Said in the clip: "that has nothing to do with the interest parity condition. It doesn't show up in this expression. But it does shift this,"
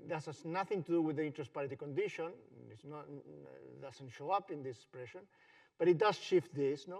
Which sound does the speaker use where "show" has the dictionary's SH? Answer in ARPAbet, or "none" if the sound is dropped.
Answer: SH